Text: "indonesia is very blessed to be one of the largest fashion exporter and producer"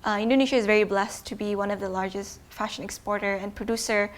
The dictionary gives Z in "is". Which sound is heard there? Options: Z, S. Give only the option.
Z